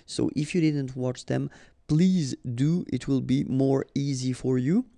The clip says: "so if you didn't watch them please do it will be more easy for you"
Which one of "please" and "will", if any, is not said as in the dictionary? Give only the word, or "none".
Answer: none